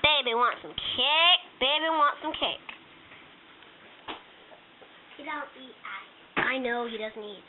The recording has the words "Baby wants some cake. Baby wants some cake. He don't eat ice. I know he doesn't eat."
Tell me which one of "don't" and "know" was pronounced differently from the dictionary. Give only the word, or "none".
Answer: don't